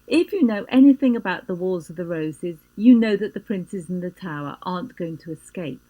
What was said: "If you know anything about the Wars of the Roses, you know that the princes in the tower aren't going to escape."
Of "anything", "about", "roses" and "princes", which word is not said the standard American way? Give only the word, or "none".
none